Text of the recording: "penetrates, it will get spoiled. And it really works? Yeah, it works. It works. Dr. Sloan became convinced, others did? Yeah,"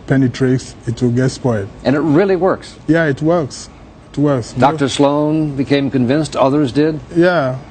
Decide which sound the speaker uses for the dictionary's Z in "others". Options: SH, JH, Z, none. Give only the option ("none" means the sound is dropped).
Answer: Z